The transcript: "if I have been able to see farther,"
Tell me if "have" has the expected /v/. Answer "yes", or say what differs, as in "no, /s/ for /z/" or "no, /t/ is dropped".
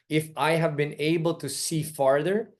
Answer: yes